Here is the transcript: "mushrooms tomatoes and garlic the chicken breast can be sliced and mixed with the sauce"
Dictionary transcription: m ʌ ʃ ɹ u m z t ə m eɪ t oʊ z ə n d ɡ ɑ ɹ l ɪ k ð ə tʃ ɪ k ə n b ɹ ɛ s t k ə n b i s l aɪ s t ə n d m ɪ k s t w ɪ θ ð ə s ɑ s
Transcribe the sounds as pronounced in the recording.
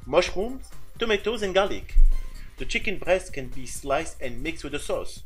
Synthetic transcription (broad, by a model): m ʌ ʃ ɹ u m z t ə m eɪ t oʊ z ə n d ɡ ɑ l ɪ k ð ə tʃ ɪ k ə n b ɹ ɛ s t k ə n b i s l aɪ s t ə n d m ɪ k s t w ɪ ð ə s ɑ s